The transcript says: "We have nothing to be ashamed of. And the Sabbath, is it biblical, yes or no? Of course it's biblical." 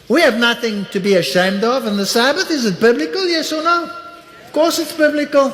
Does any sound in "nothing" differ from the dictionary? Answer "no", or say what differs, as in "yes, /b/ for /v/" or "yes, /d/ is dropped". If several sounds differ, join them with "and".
no